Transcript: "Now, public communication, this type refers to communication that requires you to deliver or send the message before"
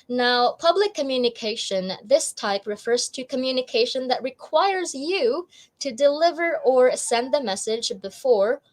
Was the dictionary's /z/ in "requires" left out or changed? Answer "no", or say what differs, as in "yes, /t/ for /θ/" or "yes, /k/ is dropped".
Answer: no